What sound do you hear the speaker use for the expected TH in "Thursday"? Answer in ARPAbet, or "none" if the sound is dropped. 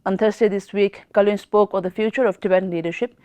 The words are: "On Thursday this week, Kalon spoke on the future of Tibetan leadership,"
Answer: T